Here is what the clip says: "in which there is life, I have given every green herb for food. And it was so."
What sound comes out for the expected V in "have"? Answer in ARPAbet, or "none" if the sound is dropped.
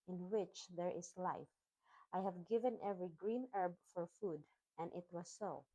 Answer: V